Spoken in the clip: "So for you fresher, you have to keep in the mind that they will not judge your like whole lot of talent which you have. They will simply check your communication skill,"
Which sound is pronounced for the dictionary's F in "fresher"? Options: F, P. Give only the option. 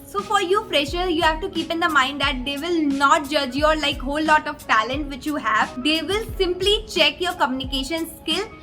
P